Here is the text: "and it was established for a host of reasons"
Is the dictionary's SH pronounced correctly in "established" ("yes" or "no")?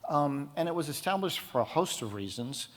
yes